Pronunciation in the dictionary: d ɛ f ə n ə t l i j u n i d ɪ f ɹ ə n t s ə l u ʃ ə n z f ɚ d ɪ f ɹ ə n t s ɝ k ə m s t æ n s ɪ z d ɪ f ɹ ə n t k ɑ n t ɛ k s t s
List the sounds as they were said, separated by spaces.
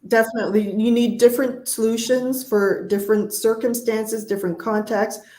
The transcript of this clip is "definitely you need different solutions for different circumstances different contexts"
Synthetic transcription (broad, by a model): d ɛ f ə n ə t l i j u n i d ɪ f ɹ ə n t s ə l u ʃ ə n z f ɚ d ɪ f ɹ ə n t s ɝ k ə m s t æ n s ɪ z d ɪ f ɹ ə n k ɑ n t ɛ k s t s